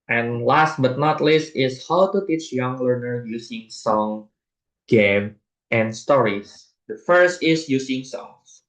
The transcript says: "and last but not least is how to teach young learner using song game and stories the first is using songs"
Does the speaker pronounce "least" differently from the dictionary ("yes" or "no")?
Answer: no